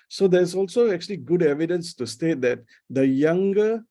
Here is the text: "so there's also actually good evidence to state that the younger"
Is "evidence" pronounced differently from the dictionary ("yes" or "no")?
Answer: no